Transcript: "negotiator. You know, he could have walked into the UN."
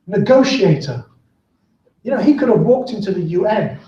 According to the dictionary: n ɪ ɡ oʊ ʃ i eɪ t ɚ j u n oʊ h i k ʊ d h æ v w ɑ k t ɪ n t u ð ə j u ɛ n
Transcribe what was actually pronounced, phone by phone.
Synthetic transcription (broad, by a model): n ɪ ɡ oʊ ʃ i eɪ t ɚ j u n oʊ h i k ʊ d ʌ v w ɑ k t ɪ n t u ð ə j u ɛ n